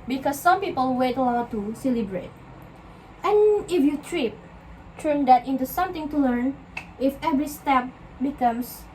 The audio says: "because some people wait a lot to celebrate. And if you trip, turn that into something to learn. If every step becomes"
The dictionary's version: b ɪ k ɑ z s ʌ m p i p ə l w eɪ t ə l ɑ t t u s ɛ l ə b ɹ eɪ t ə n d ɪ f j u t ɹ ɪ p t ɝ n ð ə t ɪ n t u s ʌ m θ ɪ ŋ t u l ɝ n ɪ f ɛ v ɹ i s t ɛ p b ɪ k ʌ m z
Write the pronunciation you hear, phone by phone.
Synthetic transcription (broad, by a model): b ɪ k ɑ s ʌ m p i p ə l w eɪ t ə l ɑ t t u s ɛ l ə b ɹ eɪ t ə n ɪ f j u t ɹ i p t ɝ n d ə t ɪ n t u s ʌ m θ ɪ ŋ t u l ɝ n ɪ f ɛ v ɹ i s t ɛ p b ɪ k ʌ m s